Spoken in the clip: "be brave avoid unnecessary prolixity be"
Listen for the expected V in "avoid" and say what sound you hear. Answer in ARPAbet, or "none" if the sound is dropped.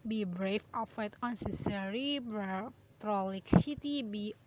F